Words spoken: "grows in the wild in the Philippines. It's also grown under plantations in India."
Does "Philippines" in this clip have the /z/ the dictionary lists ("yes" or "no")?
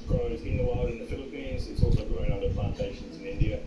yes